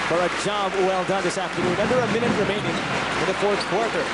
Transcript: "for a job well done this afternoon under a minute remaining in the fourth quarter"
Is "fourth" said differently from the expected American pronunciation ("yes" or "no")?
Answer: no